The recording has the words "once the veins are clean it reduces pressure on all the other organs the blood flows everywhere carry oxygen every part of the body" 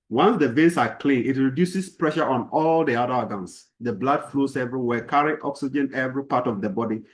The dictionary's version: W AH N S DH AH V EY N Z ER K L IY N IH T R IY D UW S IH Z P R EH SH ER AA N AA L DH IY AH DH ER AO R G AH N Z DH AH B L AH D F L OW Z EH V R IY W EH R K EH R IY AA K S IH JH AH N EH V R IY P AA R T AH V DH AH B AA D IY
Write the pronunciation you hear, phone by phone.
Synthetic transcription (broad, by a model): W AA N S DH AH V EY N S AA K L IY N IH T R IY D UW S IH S P R EH SH ER AA N AA L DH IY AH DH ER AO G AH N S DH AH B L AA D F L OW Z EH V R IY W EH K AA R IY AA K S IH JH AH N EH V R IY P AA T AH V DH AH B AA D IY